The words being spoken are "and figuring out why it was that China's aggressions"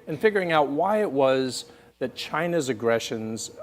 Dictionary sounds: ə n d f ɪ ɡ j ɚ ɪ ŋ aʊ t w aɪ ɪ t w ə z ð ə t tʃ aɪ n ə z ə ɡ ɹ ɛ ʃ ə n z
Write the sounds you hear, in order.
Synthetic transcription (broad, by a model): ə n f ɪ ɡ j ɚ ɪ ŋ aʊ t w aɪ ɪ t w ə z ð ə t tʃ aɪ n ə z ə ɡ ɹ ɛ ʃ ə n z